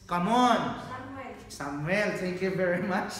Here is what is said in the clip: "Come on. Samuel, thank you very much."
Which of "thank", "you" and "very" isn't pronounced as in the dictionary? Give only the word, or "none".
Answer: thank